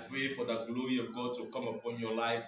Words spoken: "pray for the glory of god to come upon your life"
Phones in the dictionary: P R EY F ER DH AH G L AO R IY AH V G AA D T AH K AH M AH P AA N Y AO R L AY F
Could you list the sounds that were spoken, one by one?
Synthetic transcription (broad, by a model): P R EY F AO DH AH G L AO R IY AH V G AA D T AH K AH M AH P AA N Y AO L AY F